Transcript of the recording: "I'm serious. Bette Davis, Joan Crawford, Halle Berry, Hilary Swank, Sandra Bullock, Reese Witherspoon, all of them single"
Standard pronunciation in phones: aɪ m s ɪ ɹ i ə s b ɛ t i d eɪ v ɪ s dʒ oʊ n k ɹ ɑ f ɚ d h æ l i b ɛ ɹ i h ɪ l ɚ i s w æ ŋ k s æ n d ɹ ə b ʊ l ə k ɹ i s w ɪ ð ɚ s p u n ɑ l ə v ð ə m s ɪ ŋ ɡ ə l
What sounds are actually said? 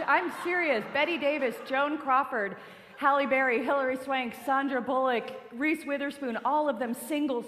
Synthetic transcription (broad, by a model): aɪ m s ɪ ɹ i ə s b ɛ t i d eɪ v ɪ s dʒ oʊ n k ɹ ɑ f ɚ d h æ l i b ɛ ɹ i h ɪ l ɚ i s w æ ŋ k s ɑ n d ɹ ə b ʊ l ə k ɹ i s w ɪ ð ɚ s p u n ɑ l ə v ð ə m s ɪ ŋ ɡ l